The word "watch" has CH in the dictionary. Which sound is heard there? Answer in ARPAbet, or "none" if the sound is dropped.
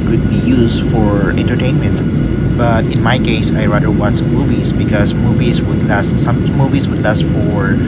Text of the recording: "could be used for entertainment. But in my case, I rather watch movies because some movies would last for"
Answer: S